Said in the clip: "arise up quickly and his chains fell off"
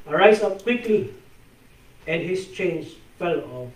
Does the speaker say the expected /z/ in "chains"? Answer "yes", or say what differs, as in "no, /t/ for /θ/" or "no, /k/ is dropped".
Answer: no, /s/ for /z/